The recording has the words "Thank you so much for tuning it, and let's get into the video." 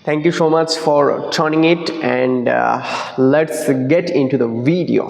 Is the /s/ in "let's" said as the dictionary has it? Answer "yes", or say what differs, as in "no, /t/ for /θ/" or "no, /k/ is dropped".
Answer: yes